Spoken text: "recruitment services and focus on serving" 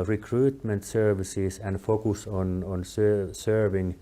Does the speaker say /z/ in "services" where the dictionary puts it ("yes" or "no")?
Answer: no